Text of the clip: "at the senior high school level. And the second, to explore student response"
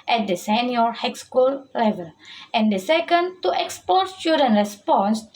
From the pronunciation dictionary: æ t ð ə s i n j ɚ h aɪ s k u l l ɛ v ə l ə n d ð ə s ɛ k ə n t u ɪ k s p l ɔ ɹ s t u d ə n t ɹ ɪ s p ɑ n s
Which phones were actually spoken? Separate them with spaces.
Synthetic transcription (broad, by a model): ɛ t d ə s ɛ n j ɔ h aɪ s k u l l ɛ v ə l ə n d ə s ɛ k ə n t u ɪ k s p ɔ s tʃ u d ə n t ɹ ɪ s p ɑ n s